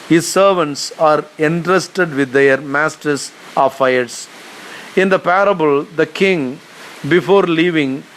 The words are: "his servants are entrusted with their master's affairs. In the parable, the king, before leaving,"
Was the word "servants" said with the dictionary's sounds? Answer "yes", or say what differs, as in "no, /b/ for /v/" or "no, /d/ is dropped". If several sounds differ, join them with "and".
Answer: yes